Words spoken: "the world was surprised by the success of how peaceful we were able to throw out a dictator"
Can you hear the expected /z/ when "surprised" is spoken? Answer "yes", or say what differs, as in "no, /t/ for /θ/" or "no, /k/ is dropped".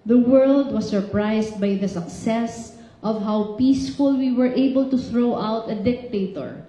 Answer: no, /s/ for /z/